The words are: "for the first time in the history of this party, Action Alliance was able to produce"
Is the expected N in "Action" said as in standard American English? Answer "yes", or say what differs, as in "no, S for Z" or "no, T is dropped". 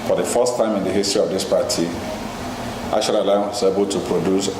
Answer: no, L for N